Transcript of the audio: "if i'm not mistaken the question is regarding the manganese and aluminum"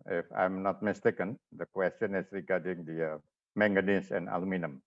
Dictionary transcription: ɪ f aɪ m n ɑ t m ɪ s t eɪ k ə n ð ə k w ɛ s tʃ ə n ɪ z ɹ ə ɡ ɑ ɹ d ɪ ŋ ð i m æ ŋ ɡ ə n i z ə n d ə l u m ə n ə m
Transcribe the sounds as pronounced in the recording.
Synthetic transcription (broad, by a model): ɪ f aɪ m n ɑ t m ɪ s t eɪ k ə n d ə k w ɛ s tʃ ə n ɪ s ɹ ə ɡ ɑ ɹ d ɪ ŋ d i m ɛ ŋ ɡ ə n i s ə n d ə l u m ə n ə m